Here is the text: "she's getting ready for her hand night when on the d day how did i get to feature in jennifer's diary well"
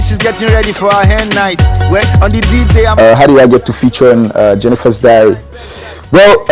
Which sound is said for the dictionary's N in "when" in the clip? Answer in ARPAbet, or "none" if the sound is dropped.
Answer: none